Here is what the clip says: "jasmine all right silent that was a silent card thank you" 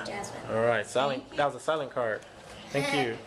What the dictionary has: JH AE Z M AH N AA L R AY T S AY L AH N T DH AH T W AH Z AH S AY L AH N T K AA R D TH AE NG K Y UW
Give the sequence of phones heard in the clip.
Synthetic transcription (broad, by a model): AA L R AY T S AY L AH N DH AH T W AH Z AH S AY L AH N K AA R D TH AE NG K Y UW